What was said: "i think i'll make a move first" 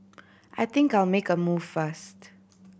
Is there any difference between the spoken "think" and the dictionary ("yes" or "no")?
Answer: no